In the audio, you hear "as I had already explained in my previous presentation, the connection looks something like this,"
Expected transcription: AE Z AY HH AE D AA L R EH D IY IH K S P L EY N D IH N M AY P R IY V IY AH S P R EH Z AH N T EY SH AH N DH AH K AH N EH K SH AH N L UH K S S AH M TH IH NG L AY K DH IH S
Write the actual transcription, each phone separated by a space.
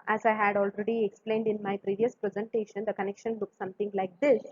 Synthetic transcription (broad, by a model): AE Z AY HH AE D AA L R EH D IY IH K S P L EY N D IH N M AY P R IY V IY AH S P R EH Z AH N T EY SH AH N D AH K AH N EH K SH AH N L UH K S S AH M T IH NG L AY K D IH S